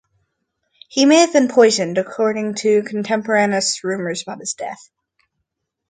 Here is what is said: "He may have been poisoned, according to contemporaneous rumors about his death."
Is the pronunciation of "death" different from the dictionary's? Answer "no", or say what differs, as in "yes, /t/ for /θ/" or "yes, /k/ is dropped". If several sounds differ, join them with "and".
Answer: no